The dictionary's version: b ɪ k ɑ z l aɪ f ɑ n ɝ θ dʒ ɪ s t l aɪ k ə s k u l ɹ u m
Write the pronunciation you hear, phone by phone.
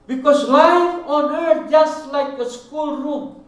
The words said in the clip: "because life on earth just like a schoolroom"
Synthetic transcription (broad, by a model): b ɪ k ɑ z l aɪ ɑ n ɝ dʒ ɪ s t l aɪ k ə s k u l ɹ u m